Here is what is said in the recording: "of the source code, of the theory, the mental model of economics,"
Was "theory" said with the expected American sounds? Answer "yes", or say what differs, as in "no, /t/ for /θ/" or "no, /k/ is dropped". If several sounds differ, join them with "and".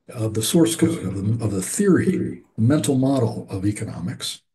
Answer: yes